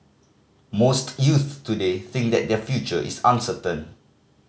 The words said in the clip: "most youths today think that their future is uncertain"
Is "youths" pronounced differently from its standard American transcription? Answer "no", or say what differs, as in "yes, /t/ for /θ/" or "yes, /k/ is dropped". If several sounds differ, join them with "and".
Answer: yes, /s/ is dropped